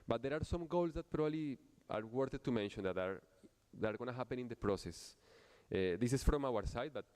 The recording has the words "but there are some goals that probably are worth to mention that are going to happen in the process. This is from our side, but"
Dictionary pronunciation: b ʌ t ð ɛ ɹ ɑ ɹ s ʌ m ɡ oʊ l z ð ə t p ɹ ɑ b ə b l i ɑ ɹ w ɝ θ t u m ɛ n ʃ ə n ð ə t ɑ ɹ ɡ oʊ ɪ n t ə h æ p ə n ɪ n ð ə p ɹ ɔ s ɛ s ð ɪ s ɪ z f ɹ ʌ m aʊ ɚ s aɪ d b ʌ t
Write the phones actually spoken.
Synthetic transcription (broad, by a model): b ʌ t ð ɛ ɹ ɑ ɹ s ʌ m ɡ oʊ l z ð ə t p ɹ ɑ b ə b l i ɑ ɹ w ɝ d t u m ɛ n ʃ ə n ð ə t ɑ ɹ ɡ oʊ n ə h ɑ p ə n ɪ n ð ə p ɹ ɔ s ɛ s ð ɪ s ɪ s f ɹ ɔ m aʊ ɚ s aɪ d b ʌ t